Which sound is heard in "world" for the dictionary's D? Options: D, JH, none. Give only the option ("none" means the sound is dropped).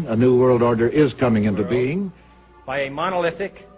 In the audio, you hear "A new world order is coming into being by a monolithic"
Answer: D